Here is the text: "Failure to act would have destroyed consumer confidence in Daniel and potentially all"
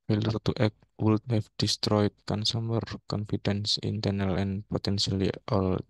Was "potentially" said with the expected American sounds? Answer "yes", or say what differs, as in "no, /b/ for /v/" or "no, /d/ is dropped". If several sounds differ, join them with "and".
no, /s/ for /ʃ/